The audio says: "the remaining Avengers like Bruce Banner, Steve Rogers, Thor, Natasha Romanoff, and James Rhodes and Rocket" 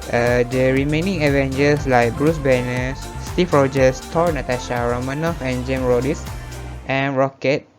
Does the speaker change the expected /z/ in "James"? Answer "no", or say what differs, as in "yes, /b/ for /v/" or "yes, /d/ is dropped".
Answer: yes, /z/ is dropped